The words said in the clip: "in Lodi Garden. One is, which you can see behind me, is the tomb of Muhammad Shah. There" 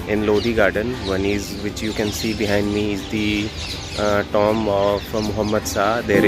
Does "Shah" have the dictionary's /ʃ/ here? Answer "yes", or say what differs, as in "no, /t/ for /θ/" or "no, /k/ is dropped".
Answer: no, /s/ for /ʃ/